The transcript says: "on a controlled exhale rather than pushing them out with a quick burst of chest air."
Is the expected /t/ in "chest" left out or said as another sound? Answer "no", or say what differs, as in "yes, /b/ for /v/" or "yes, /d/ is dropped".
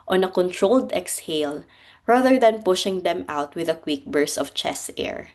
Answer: yes, /t/ is dropped